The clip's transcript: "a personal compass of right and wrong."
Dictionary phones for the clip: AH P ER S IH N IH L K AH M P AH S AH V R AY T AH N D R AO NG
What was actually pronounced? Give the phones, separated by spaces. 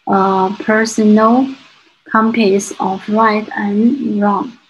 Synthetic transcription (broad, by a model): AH P ER S IH N IH L K AH M P AH S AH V L AY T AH N R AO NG